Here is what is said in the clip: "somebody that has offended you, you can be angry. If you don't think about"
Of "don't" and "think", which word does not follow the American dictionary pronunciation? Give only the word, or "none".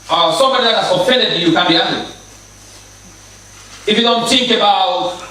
think